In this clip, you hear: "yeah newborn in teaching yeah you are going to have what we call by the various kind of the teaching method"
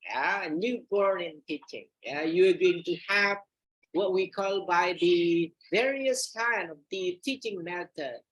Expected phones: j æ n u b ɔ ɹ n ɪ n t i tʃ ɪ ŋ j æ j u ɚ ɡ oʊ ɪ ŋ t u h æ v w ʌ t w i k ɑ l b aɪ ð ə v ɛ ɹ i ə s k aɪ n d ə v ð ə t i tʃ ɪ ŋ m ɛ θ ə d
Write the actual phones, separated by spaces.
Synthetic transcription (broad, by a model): j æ n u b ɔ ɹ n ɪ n t i tʃ ɪ ŋ j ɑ j u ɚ ɡ oʊ ɪ ŋ t u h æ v w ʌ t w i k ɑ l b aɪ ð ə v ɛ ɹ i ə s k aɪ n ə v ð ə t i tʃ ɪ ŋ m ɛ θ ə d